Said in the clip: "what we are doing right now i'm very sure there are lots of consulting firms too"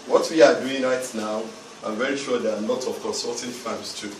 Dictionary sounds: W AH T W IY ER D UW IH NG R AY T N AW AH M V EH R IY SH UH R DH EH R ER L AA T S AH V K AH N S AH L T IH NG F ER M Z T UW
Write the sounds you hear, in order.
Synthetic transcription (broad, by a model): W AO T W IY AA D UW IH NG R AY T N AW AH M V EH R IY SH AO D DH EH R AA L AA T AH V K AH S S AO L T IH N F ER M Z T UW